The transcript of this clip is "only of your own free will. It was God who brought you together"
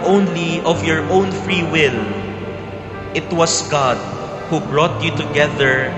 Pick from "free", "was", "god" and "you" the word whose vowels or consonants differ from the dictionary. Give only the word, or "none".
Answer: was